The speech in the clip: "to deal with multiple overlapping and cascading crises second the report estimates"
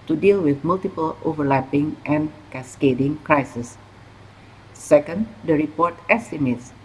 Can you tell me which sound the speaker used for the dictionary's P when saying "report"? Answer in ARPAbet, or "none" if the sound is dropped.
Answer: P